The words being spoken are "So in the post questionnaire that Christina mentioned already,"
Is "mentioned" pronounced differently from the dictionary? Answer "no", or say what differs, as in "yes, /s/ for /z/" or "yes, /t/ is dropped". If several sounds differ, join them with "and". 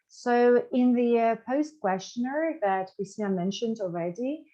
no